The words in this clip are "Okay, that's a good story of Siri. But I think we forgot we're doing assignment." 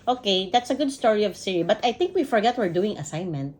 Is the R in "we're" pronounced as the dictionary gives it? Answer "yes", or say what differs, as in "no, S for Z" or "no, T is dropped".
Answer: yes